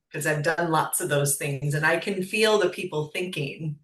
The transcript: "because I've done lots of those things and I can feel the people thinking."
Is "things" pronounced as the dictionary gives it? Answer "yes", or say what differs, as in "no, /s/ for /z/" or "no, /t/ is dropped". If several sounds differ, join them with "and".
yes